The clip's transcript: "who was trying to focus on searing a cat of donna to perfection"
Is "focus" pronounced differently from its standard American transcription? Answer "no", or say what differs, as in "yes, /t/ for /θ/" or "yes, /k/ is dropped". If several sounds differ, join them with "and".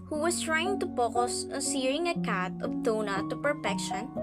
yes, /p/ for /f/